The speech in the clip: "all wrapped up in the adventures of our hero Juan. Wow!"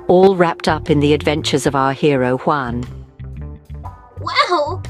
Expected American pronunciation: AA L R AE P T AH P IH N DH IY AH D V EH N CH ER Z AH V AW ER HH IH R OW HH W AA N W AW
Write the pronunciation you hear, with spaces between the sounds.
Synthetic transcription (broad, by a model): AA L R AE P T AH P IH N DH IY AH D V EH N CH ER Z AH V AW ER HH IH R OW HH W AA N W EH